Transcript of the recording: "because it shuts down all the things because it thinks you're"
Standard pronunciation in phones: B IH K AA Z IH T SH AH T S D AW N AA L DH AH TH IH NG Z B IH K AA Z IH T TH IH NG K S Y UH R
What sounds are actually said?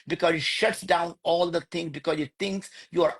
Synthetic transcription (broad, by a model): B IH K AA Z IH T SH AH T S D AW N AA L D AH T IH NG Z B IH K AA Z IH T T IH NG K S Y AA R